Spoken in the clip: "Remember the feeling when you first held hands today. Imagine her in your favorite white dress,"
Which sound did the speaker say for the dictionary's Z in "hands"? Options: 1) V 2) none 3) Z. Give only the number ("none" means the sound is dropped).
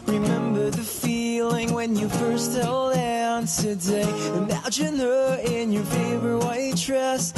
2